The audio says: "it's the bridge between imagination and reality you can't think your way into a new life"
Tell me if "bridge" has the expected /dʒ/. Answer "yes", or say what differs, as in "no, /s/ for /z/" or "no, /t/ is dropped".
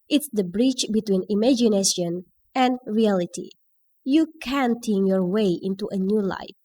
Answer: no, /tʃ/ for /dʒ/